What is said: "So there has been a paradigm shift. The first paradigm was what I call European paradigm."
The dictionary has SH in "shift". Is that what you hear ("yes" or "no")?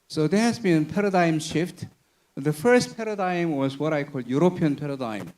yes